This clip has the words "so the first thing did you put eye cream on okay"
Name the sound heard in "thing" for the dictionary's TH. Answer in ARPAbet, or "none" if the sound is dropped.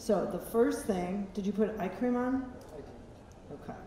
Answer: TH